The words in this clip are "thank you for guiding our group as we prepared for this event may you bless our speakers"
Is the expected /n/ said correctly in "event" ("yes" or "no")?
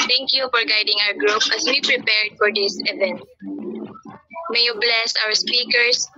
yes